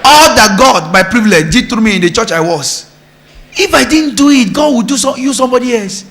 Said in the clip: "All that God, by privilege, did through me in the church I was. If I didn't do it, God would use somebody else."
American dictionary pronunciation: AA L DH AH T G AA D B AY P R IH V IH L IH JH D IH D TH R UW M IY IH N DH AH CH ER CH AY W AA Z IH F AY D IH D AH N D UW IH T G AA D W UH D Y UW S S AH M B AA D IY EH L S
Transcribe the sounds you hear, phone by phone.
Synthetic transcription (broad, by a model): AA L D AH T G AA D B AY P R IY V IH L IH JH D IH D T R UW M IY IH N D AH CH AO CH AY W AA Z IH F AY D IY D N D UW IH T G AA D W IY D Y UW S S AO M B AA D IY EH L S